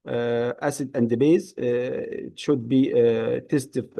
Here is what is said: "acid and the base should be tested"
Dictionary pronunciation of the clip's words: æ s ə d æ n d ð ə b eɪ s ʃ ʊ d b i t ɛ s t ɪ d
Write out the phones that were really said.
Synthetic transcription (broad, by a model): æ s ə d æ n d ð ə b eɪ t ʃ ʊ d b i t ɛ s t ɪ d